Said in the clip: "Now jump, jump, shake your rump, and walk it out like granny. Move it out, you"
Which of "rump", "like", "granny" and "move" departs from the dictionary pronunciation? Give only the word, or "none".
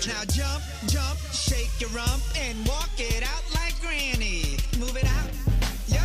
none